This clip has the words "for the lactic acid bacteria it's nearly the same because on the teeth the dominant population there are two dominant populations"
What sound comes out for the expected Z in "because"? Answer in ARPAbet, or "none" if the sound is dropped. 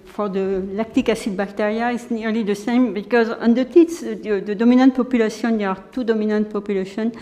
Z